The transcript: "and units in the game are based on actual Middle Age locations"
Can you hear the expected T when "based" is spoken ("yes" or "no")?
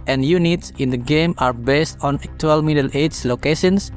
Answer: yes